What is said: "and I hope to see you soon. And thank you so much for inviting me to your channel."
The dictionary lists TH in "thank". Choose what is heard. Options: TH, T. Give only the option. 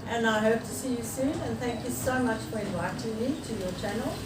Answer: TH